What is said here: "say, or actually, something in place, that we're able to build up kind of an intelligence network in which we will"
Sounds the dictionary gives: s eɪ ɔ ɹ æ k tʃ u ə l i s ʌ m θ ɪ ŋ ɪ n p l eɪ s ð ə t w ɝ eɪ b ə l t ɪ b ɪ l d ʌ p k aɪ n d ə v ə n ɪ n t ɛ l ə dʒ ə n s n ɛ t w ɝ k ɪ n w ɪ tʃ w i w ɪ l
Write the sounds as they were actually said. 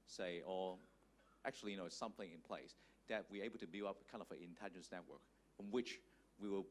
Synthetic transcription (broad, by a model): s eɪ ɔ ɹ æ k tʃ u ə n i s ʌ m θ ɪ ŋ ɪ n p l eɪ s ð ə t w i eɪ b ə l t ɪ b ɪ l ʌ p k aɪ n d ə v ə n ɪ n t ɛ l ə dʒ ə n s n ɛ t w ɝ k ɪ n w ɪ tʃ w i w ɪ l